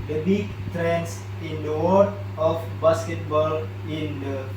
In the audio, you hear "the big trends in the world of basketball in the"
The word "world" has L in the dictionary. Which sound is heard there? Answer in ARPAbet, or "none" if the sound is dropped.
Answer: none